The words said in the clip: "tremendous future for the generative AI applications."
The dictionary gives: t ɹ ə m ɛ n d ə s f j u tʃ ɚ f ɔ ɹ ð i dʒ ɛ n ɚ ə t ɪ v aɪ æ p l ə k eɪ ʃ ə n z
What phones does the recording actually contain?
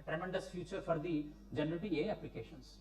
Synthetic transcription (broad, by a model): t ɹ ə m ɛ n d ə s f j u tʃ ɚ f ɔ ɹ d i dʒ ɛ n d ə t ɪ ɛ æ p l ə k eɪ ʃ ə n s